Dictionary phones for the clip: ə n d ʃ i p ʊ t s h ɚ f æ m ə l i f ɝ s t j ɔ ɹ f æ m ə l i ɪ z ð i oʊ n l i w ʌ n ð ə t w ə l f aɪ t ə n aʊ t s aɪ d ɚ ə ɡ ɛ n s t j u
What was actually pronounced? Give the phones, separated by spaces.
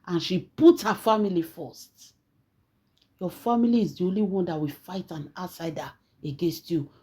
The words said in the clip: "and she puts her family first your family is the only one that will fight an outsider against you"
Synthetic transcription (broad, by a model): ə n ʃ i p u t h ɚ f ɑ m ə l i f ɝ s t j ɔ f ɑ m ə l i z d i oʊ n l i w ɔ n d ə t w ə f aɪ t ə n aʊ t s aɪ d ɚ ə ɡ ɛ n s t j u